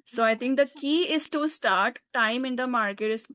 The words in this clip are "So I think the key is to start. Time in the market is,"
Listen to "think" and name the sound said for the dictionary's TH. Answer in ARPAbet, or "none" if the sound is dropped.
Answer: T